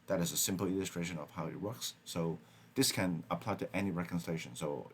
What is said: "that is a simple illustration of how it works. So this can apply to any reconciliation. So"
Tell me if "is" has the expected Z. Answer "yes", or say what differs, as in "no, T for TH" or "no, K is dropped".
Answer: yes